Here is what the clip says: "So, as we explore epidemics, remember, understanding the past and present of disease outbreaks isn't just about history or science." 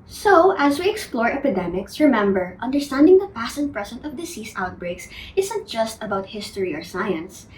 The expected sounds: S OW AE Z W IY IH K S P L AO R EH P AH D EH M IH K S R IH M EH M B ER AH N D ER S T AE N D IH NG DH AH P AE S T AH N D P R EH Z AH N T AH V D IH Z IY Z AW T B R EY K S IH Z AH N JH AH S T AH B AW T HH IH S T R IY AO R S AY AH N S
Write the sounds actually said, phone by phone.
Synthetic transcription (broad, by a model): S OW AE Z W IY IH K S P L AO R EH P AH D EH M IH K S R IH M EH M B ER AH N D ER S T AE N D IH NG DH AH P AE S AH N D P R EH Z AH N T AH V D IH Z IY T AW T B R EY K S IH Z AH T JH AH S T AH B AW T HH IH S T R IY AO R S AY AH N S